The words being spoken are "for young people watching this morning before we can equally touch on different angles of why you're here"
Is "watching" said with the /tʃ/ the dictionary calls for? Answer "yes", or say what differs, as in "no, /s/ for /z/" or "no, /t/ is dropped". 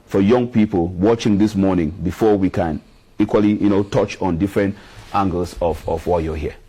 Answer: yes